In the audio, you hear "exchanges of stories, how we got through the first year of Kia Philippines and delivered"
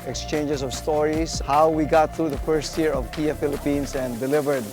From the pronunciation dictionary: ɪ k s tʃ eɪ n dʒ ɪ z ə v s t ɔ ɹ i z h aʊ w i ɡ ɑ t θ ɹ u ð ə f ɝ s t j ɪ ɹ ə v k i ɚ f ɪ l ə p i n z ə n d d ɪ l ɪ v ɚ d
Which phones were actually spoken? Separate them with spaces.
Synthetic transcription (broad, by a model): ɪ k s tʃ eɪ n dʒ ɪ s ə v s t ɔ ɹ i s h aʊ w i ɡ ɑ t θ ɹ u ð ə f ɝ s t j ɪ ɹ ə v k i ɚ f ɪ l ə p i n s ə n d d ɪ l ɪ v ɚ d